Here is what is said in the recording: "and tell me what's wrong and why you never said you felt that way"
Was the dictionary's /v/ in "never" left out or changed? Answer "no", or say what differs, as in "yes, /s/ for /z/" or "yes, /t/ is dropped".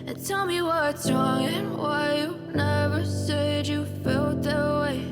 no